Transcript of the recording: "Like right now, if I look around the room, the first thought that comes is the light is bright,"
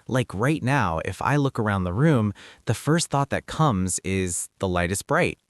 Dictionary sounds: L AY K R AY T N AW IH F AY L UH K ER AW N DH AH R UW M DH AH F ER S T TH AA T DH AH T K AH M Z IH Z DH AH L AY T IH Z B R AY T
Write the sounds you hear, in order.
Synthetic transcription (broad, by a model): L AY K R AY T N AW IH F AY L UH K ER AW N DH AH R UW M DH AH F ER S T TH AA T DH AH T K AH M Z IH Z DH AH L AY T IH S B R AY T